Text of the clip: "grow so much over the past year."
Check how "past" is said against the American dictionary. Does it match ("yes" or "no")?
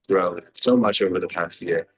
yes